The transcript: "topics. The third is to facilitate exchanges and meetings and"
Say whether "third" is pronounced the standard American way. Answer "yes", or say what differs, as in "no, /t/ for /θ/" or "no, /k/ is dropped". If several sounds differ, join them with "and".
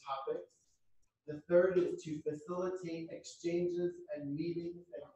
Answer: yes